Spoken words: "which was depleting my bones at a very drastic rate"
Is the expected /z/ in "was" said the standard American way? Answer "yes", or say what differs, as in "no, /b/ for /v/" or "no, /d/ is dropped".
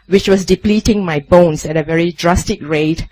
no, /s/ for /z/